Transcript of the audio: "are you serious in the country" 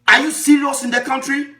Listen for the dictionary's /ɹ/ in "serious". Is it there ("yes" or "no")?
no